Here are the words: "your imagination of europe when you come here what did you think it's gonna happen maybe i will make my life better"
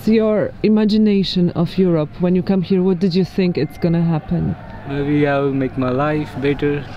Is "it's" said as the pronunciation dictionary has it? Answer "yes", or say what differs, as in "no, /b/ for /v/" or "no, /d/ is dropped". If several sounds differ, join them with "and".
yes